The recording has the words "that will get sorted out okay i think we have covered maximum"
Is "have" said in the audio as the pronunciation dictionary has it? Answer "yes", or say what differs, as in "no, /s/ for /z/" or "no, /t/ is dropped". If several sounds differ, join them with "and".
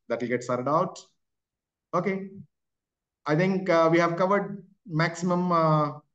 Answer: yes